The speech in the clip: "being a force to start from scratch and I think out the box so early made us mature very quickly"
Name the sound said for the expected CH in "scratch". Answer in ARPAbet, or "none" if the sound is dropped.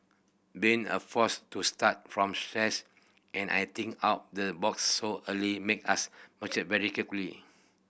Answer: S